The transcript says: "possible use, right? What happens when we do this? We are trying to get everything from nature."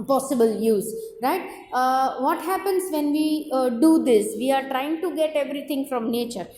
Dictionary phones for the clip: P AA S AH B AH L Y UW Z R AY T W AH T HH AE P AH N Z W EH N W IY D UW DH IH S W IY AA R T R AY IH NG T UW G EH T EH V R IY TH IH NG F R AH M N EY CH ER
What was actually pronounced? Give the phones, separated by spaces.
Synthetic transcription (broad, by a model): P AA S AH B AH L Y UW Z R AY T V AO T HH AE P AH N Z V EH N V IY D UW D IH S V IY AA R T R AY IH NG T UW G EH T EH V R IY T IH NG F R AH M N EY CH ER